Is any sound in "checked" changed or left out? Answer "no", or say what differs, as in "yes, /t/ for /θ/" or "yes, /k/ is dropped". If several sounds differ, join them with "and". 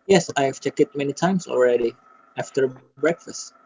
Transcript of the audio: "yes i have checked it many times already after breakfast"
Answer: yes, /t/ is dropped